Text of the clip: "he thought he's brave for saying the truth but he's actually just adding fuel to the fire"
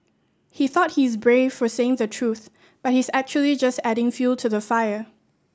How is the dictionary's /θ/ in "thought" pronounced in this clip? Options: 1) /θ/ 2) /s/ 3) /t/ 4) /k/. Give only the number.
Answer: 1